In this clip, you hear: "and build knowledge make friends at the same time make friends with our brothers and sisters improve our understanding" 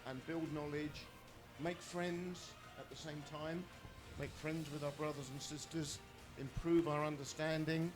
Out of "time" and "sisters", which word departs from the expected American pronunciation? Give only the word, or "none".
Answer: none